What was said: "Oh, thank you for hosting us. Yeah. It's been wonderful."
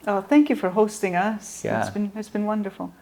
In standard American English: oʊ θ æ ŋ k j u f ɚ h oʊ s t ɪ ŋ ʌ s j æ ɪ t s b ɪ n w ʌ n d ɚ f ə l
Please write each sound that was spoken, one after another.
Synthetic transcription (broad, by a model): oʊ θ æ ŋ k j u f ɚ h oʊ s t ɪ ŋ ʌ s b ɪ ɪ t s b ɪ n w ʌ n d ɚ f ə l